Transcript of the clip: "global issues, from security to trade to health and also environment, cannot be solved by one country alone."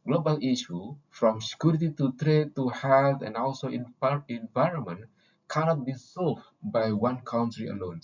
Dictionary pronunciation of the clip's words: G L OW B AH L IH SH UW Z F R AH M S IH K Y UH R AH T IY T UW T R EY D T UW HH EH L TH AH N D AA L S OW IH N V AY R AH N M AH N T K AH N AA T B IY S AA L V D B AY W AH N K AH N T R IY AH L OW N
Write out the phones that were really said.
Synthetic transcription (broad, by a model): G L OW B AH L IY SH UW F R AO M S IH K Y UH R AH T IY T UW T R EY D T UW HH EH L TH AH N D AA L S OW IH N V AY R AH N M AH N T K AH N AA T B IY S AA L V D B AY W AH N K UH N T R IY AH L OW N